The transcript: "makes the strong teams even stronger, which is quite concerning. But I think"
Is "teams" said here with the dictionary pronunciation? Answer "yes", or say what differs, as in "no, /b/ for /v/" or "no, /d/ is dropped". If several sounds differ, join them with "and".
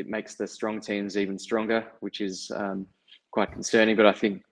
yes